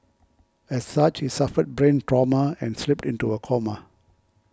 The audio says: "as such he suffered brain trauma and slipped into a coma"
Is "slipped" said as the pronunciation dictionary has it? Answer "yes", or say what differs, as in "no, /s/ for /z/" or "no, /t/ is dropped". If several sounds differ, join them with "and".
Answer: yes